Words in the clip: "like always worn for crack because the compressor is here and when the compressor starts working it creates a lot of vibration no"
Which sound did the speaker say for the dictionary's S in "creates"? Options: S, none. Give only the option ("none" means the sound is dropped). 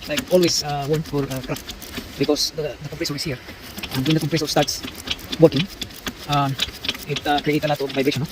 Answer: none